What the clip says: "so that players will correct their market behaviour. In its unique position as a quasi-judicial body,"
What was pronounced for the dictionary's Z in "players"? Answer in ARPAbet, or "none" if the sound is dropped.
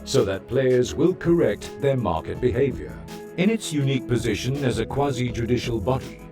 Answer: Z